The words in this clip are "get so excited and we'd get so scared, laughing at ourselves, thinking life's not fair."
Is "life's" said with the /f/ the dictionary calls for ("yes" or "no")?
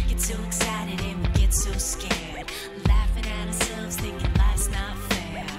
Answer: no